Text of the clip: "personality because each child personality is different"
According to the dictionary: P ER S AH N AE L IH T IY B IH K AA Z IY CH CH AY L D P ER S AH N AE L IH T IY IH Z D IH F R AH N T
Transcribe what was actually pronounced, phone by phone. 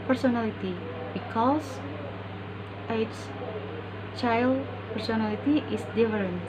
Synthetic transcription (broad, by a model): P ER S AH N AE L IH T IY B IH K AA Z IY S CH AY L D P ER S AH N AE L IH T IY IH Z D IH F R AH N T